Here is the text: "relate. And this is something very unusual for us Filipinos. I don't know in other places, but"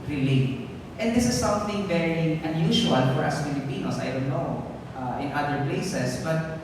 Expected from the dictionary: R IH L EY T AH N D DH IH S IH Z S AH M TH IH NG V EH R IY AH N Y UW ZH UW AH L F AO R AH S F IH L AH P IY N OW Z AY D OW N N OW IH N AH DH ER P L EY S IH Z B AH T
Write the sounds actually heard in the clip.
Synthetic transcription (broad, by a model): R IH L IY T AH N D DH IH S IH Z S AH M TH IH NG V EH R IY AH N Y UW SH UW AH L F AO R AH S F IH L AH P IY N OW S AY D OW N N OW IH N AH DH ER P L EY S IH S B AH T